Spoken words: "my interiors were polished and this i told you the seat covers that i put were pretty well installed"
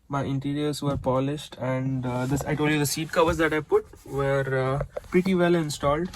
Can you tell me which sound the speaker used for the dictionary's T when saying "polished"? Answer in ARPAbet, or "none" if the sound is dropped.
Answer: T